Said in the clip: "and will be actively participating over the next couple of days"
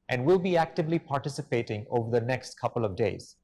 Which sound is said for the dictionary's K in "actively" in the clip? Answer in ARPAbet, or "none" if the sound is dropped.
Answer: K